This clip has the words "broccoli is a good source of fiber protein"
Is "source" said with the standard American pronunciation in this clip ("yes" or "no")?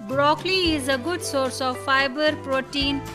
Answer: yes